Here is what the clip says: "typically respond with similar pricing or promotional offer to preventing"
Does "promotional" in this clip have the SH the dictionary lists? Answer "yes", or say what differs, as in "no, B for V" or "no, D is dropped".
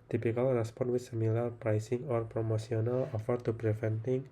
no, S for SH